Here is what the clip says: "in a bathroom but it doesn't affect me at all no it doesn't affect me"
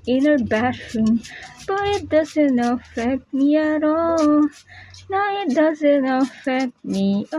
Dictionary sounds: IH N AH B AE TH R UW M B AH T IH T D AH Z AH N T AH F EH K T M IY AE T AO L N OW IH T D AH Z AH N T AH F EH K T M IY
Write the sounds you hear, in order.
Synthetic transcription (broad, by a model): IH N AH B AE T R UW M B AH T IH T D AH Z AH N T AH F EH K T M IY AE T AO N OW IH T D AH Z AH N T AH F EH K T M IY